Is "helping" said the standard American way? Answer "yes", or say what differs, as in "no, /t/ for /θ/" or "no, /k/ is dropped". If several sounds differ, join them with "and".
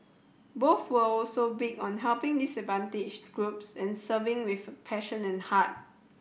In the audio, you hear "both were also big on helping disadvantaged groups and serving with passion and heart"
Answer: yes